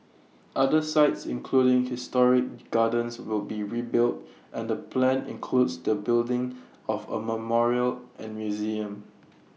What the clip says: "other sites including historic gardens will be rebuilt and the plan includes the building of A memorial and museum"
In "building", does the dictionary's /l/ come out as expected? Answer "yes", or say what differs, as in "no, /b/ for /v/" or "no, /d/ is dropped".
yes